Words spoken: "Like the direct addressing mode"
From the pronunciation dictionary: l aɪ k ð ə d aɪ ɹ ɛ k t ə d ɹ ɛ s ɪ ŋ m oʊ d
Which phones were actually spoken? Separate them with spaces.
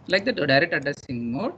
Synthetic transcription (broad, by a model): l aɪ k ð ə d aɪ ɹ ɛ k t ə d ɛ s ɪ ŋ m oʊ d